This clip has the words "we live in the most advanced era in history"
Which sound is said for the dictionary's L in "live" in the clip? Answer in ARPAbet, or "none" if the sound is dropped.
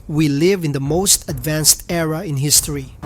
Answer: L